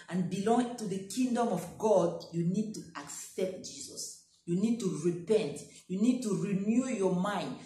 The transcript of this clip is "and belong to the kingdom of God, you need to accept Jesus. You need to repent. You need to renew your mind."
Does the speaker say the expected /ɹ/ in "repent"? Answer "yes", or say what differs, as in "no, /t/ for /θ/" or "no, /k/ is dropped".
yes